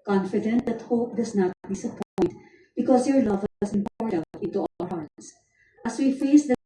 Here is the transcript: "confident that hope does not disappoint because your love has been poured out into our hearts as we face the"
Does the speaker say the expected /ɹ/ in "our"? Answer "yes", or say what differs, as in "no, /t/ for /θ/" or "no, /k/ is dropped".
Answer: no, /l/ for /ɹ/